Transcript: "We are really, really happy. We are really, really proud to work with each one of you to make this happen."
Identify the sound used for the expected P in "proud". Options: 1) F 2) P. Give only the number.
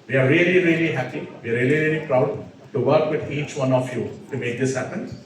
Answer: 2